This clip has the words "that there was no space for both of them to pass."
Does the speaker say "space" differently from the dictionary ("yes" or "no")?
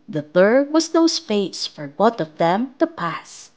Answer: yes